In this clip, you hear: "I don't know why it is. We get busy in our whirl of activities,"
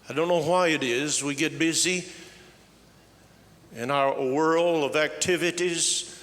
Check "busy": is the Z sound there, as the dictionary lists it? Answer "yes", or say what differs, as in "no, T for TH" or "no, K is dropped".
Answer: yes